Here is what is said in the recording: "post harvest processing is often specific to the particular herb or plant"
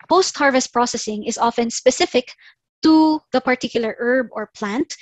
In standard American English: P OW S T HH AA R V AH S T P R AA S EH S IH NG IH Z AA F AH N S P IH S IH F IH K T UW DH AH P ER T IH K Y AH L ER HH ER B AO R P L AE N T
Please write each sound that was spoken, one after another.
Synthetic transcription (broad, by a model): P OW S T HH AA R V AH S T P R AA S EH S IH NG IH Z AA F AH N S P IH S IH F IH K T UW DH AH P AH T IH K Y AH L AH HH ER B AO R P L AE N T